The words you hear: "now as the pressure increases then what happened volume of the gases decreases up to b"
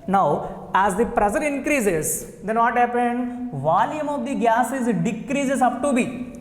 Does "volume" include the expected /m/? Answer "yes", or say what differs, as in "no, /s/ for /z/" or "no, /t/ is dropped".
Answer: yes